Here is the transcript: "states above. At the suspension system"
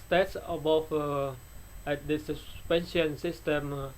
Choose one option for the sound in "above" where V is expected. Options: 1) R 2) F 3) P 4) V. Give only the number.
2